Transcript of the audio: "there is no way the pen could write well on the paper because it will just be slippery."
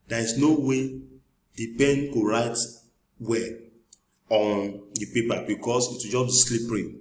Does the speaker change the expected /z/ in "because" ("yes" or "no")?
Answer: yes